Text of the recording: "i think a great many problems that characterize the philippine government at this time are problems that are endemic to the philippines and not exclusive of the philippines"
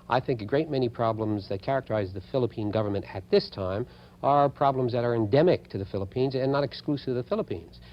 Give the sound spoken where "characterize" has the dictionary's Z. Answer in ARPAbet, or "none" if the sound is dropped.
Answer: Z